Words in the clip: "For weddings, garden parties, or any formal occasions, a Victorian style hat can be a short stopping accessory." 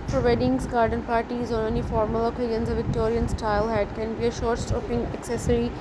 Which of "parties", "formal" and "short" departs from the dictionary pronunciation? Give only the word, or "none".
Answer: none